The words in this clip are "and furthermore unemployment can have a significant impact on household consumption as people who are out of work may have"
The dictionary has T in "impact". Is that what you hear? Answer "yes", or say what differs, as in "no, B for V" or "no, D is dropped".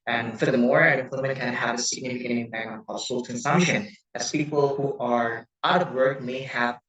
no, T is dropped